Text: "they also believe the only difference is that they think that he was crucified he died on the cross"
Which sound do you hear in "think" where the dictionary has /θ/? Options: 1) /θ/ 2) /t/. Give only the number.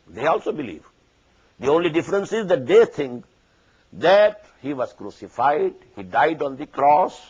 2